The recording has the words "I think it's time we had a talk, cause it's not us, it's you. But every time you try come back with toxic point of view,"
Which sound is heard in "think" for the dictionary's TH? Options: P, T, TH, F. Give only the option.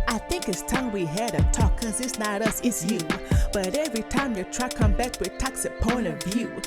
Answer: TH